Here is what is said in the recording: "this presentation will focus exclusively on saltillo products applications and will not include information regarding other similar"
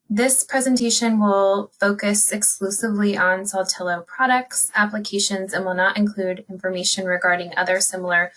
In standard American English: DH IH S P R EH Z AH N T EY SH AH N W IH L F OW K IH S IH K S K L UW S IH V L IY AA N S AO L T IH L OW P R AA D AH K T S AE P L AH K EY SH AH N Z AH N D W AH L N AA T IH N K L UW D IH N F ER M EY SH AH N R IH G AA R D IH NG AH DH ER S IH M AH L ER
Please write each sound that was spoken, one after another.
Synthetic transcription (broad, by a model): DH IH S P R EH Z AH N T EY SH AH N W IH L F OW K IH S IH K S K L UW S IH V L IY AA N S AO L T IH L OW P R AA D AH K T S AE P L AH K EY SH AH N Z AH N W AH L N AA T IH N K L UW D IH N F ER M EY SH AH N R IH G AA R D IH NG AH DH ER S IH M L ER